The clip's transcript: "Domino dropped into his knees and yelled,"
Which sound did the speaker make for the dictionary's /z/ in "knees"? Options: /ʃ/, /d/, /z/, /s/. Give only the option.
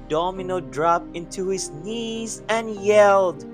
/z/